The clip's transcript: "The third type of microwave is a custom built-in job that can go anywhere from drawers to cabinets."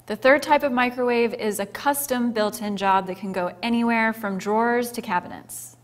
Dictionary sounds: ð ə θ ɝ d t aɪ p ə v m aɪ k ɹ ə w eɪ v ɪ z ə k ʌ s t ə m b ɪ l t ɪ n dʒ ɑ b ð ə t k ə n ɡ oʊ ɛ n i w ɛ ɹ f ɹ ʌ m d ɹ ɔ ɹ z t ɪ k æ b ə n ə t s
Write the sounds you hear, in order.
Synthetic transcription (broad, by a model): ð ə θ ɝ d t aɪ p ə v m aɪ k ɹ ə w eɪ v ɪ z ə k ʌ s t ə m b ɪ l t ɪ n dʒ ɑ b ð ə t k ə n ɡ oʊ ɛ n i w ɛ ɹ f ɹ ʌ m d ɹ ɔ ɹ z t ɪ k æ b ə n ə t s